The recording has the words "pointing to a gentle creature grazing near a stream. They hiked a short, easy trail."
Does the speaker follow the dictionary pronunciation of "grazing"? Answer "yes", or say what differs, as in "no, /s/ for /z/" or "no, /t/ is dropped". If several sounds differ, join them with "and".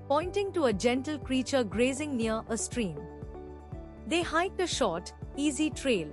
yes